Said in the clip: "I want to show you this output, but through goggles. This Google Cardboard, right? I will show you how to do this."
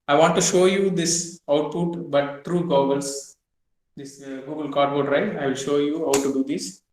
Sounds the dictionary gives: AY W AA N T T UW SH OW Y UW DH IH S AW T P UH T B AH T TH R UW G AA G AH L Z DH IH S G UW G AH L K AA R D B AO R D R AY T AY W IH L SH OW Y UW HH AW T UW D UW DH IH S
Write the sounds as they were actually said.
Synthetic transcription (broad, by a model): AY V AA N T T UW SH OW Y UW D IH S AW T P UH T B AH T T R UW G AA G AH L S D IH S G UW G AH L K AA R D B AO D R AY T AY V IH L SH OW Y UW HH AW T UW D UW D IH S